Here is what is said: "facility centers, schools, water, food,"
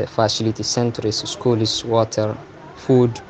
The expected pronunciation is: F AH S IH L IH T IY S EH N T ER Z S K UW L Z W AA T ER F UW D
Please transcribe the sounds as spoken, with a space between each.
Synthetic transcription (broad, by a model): F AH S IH L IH T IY S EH N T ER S S K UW L S W AA T ER F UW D